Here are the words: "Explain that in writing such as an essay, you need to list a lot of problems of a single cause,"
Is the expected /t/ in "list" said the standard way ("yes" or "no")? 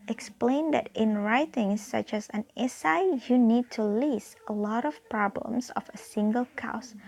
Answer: no